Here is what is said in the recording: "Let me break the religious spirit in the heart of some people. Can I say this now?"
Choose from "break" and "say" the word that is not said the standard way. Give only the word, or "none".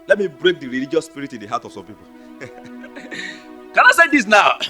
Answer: none